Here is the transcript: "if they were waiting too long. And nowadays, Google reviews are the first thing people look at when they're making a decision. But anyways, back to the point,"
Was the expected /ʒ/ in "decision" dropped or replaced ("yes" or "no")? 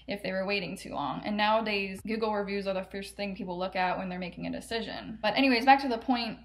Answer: no